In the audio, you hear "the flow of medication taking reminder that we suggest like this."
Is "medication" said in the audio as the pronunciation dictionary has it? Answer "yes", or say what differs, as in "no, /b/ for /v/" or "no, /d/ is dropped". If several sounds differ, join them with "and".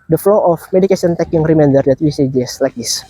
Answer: no, /s/ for /ʃ/